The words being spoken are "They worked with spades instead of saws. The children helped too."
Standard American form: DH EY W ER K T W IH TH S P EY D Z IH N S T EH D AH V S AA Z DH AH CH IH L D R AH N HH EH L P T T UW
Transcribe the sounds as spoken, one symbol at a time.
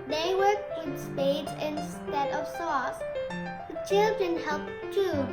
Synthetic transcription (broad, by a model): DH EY W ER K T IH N S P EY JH IH N S T EH D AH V S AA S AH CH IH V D AH N HH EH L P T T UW